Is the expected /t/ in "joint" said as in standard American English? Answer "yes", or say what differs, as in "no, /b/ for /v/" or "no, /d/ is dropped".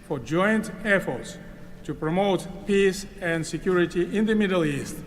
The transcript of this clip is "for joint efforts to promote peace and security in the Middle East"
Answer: yes